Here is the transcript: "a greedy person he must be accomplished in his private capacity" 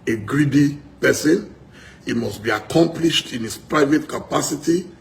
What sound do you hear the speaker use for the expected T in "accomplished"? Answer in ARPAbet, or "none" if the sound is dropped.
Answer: T